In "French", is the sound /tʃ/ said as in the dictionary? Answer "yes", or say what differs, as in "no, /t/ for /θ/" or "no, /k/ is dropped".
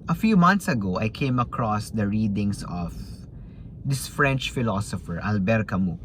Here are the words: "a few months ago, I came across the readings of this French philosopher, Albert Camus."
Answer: yes